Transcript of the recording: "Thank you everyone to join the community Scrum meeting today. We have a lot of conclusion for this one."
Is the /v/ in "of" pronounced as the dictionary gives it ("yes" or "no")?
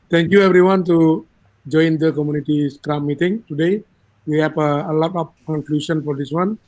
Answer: no